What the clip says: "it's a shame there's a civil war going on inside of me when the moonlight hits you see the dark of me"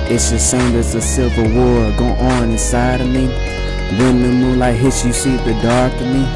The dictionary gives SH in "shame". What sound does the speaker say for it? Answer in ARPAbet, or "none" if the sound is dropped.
S